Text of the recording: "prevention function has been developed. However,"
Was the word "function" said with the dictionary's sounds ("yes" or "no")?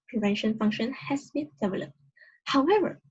yes